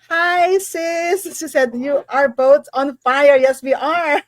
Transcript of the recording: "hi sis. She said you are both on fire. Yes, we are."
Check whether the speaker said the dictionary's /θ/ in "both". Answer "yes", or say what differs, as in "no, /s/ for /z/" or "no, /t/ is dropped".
no, /t/ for /θ/